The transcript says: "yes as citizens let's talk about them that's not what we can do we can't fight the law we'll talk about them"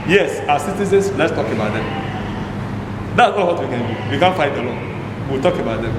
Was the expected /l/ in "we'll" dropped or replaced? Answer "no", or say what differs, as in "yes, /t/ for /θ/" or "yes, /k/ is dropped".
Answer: yes, /w/ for /l/